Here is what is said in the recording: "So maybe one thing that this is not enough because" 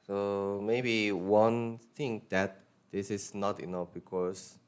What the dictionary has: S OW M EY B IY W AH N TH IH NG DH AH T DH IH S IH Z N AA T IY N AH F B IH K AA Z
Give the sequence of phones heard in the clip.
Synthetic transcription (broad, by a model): S OW M EY B IY W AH N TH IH NG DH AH T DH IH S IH S N AA T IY N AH F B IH K AA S